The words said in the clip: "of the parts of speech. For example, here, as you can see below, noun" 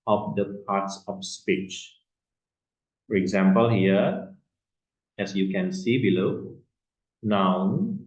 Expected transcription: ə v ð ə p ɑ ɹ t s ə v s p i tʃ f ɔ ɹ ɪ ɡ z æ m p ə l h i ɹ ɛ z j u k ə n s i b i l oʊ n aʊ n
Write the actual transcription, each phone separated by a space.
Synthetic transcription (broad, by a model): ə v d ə p ɑ t s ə f s p i tʃ f ɔ ɹ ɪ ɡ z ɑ m p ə l h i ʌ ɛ s j u k ə n s i b i l oʊ n aʊ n